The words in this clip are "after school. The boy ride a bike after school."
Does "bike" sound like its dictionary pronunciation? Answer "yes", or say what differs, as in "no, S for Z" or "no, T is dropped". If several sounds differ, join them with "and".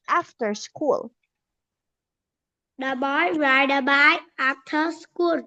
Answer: no, K is dropped